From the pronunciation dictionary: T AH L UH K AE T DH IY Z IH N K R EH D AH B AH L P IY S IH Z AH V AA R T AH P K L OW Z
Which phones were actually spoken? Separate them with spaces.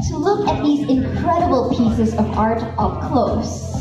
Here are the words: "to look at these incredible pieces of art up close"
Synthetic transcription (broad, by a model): T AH L UH K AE T DH IY Z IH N K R EH D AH B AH L P IY S IH Z AH V AA R T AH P K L OW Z